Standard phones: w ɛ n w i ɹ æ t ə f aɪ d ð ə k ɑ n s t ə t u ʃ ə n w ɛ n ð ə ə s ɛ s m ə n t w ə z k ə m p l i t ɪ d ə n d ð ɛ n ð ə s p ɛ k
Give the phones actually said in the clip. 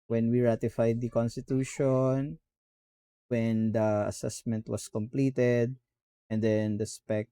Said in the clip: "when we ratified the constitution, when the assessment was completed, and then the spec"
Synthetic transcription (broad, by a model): w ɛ n w i ɹ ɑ t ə f aɪ d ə k ɑ n s t ə t u ʃ ə n w ɛ n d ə ə s ɛ s m ə n t w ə s k ə m p l i t ɪ d ə n d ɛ n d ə s p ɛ k